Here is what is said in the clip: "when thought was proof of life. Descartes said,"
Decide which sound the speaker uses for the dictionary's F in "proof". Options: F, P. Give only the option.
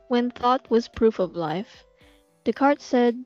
F